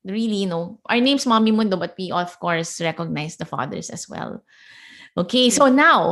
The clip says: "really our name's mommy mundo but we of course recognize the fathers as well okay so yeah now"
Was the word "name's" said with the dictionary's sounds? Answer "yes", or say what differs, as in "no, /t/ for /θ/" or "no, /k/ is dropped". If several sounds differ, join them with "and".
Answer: no, /s/ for /z/